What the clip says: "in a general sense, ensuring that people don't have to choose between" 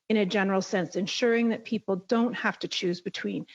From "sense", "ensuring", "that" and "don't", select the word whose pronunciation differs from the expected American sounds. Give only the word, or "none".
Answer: none